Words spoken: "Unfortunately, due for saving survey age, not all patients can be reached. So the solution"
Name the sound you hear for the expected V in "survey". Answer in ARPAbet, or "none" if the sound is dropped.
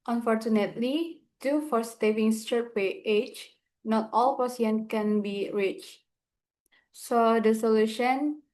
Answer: P